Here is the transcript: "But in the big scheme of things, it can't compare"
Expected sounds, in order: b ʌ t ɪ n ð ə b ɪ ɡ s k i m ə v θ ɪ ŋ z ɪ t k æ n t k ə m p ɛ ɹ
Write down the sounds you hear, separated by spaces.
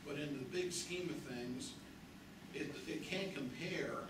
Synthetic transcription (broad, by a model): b ʌ t ɪ n ð ə b ɪ ɡ s k i m ə v θ ɪ ŋ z ɪ t k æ n k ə m p ɛ ɹ